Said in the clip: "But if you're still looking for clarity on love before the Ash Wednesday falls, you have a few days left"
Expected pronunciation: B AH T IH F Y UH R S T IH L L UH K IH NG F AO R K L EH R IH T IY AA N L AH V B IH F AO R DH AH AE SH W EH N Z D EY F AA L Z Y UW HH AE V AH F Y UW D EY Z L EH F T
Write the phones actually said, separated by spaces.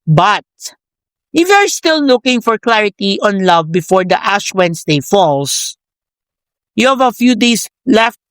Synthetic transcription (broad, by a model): B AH T IH F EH R S T IH L L UH K IH NG F AO R K L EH R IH T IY AA N L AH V B IH F AO R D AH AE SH W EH N S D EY F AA L S Y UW HH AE V AH F Y UW D EY S L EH F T